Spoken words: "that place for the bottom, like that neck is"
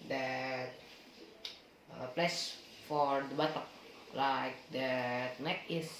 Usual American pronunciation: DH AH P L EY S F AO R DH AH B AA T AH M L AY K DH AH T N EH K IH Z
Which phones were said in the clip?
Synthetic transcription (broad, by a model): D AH P L EY S F AO R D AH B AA T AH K L AY K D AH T N EH K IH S